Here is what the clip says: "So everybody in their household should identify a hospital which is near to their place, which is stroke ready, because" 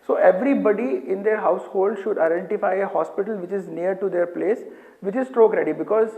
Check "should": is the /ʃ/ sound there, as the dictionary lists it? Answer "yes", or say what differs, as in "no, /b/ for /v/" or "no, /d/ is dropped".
yes